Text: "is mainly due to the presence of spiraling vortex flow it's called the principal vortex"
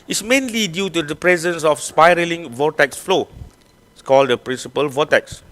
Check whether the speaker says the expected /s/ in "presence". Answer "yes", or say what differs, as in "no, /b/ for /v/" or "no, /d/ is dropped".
yes